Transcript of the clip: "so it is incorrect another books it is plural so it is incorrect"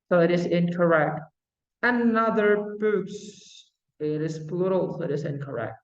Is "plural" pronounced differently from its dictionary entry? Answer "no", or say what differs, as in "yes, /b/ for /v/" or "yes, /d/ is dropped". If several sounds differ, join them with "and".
yes, /b/ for /p/